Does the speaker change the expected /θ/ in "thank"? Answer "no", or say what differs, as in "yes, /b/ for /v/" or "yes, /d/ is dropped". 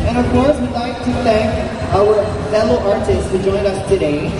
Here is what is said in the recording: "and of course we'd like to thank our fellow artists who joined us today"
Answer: no